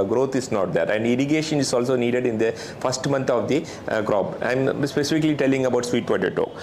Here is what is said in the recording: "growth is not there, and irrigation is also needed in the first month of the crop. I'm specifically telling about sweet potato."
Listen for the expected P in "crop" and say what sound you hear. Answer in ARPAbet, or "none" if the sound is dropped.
B